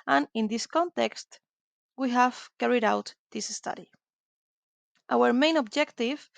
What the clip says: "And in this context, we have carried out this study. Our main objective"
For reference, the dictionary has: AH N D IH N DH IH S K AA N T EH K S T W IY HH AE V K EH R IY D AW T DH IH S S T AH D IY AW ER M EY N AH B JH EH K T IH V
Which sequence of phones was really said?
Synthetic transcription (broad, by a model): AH N IH N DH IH S K AA N T EH K S T W IY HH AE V K EH R IY D AW T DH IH S S T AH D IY AW ER M EY N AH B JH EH K T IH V